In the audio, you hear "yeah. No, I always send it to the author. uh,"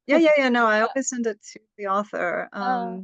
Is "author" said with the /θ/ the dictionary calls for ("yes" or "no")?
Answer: yes